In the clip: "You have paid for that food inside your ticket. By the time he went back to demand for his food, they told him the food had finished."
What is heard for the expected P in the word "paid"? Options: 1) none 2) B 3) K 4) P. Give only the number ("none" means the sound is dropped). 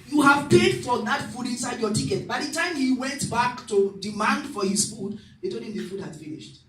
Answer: 4